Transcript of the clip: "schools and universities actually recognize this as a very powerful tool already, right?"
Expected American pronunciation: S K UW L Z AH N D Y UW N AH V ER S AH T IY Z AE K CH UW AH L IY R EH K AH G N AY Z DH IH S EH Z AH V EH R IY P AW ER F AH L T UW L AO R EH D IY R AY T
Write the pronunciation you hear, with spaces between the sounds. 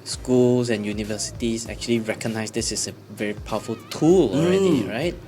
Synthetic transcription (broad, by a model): S K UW L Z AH N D Y UW N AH V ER S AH T IY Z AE K CH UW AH L IY R EH K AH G N AY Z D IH S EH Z AH V EH R IY P AW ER F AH L T UW L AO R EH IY R AY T